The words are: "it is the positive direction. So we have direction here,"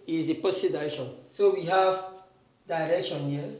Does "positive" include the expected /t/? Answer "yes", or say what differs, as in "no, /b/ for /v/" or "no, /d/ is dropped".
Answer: no, /s/ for /t/